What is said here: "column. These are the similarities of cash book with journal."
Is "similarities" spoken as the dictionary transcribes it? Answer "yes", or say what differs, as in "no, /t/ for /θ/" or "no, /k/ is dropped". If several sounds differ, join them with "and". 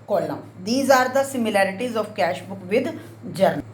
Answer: yes